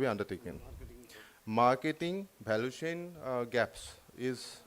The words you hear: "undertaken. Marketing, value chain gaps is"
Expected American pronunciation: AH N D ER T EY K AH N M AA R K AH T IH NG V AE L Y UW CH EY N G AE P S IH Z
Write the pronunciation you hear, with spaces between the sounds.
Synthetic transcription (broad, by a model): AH N D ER T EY K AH N M AA R K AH T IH NG B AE L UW CH EY N G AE P S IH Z